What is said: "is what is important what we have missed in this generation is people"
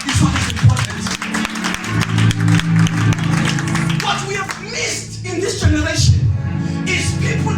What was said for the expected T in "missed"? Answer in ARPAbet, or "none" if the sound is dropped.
T